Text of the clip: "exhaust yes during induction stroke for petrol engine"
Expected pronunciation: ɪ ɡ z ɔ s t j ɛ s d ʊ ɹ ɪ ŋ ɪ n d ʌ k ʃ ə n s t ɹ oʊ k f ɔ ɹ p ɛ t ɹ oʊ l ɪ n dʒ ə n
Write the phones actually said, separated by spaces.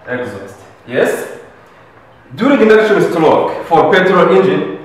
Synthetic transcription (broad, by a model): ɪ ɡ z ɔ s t j ɛ s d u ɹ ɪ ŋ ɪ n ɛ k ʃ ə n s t l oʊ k f ɔ ɹ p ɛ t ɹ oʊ n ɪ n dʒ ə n